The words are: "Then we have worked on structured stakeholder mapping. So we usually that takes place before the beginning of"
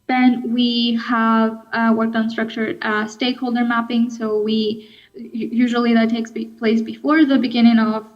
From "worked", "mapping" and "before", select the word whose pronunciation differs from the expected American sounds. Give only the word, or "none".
none